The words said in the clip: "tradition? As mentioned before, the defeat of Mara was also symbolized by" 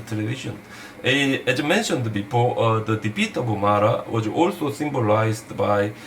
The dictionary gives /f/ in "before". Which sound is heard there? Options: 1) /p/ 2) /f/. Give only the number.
1